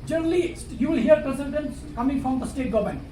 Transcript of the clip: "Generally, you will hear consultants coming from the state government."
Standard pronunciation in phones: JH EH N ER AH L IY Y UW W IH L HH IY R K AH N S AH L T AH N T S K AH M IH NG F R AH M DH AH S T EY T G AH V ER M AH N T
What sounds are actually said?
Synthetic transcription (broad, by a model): JH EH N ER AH L IY Y UW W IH L HH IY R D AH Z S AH N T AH N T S K AH M IH NG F R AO M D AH S T EY T G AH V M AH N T